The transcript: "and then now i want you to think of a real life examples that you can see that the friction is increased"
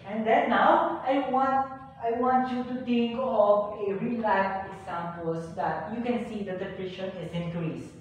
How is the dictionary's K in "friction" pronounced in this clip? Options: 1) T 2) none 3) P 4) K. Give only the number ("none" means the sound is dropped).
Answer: 2